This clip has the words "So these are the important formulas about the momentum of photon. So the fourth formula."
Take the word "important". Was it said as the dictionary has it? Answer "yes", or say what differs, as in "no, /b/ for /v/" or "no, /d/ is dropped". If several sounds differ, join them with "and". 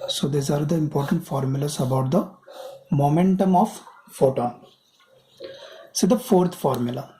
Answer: yes